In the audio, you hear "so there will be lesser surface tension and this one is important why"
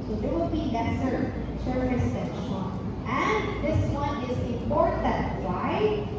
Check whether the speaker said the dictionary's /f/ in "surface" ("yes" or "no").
no